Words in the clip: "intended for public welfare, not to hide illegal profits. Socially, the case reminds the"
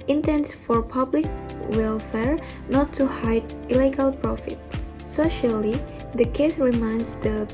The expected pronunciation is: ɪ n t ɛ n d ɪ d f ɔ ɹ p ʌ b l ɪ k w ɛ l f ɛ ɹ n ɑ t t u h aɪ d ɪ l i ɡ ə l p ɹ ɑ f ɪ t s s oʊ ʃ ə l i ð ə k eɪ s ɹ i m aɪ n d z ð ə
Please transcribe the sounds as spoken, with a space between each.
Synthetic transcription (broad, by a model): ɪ n t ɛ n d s f ɔ ɹ p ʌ b l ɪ k w ɛ l f ɛ ɹ n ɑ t t u h aɪ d ɪ l i ɡ ə l p ɹ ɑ f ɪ t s s oʊ ʃ ə l i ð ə k eɪ s ɹ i m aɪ n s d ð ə